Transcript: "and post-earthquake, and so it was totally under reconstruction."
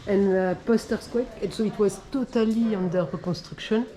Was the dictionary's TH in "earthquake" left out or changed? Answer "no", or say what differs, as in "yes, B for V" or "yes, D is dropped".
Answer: yes, S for TH